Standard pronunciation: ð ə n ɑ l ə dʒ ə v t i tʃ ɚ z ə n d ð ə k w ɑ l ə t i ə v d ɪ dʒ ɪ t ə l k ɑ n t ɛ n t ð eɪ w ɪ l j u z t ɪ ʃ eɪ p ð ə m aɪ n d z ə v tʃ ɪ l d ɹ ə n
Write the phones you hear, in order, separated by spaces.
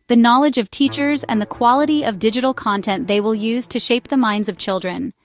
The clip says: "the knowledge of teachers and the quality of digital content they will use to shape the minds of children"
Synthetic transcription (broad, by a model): ð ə n ɑ l ə dʒ ə v t i tʃ ɚ z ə n ð ə k w ɑ l ə t i ə v d ɪ dʒ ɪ t l k ɑ n t ɛ n ð eɪ w ɪ l j u z t ɪ ʃ eɪ p ð ə m aɪ n d z ə v tʃ ɪ l d ɹ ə n